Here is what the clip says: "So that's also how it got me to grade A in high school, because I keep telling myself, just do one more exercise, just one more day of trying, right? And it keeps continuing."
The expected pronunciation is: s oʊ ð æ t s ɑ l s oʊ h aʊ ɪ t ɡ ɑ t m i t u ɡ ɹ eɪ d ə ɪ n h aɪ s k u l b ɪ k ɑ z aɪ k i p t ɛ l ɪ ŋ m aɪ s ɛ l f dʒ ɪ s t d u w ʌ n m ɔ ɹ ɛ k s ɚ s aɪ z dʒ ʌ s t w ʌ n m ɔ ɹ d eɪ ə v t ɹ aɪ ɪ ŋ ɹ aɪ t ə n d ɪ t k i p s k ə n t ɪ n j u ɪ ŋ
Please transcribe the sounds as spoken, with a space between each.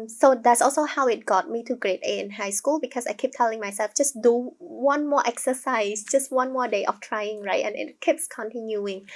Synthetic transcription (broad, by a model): s oʊ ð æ t s ɑ l s oʊ h aʊ ɪ t ɡ ɑ t m i t u ɡ ɹ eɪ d ə ɪ n h aɪ s k u l b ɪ k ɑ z aɪ k i p t ɛ l ɪ ŋ m aɪ s ɛ l f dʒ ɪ s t d u w ʌ n m ɔ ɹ ɛ k s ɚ s aɪ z dʒ ʌ s t w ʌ n m ɔ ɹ d eɪ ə f t ɹ aɪ ɪ ŋ ɹ aɪ t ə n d ɪ t k i p s k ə n t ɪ n j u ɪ ŋ